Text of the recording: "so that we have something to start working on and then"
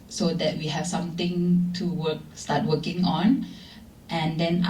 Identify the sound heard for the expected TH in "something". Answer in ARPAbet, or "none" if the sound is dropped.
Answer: T